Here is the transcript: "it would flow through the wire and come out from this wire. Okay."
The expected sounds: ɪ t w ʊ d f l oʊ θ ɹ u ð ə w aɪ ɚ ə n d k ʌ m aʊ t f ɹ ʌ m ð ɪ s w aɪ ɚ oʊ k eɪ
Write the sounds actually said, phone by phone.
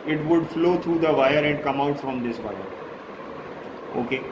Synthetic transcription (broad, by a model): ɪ t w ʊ d f l oʊ t ɹ u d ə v aɪ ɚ ə n d k ʌ m aʊ t f ɹ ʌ m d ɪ s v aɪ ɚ oʊ k eɪ